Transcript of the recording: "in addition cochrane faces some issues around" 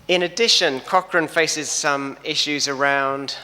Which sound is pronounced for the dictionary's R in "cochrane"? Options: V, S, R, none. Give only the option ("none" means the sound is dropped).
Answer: R